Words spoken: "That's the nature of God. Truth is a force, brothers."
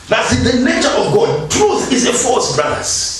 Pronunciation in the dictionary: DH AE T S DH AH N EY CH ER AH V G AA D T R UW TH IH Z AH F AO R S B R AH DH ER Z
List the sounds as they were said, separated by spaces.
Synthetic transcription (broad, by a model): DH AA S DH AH N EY CH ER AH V G AA D T R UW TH IH Z AH F AO L S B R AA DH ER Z